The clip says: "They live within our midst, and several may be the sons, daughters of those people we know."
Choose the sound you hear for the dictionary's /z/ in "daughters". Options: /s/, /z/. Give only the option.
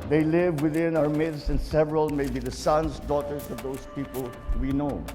/s/